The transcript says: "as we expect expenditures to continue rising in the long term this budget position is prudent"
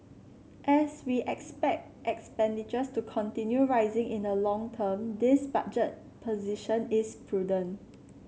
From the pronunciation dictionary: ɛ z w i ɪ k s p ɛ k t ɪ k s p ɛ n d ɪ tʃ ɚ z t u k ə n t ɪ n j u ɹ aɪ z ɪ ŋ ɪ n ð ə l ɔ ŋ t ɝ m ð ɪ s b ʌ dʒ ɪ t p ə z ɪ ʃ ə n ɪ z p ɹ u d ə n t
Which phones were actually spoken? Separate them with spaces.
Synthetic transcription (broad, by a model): ɛ s w i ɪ k s p ɛ k t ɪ k s p ɛ n d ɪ tʃ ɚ s t u k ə n t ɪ n j u ɹ aɪ z ɪ ŋ ɪ n ə l ɔ ŋ t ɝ m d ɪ s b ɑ dʒ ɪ t p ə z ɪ ʃ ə n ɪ s p ɹ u d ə n